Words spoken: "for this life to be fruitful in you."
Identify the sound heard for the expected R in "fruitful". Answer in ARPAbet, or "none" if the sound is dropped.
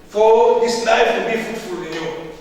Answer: none